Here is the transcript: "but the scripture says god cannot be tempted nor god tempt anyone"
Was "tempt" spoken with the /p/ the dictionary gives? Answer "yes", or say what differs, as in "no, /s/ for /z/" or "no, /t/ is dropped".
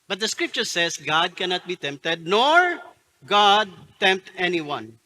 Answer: yes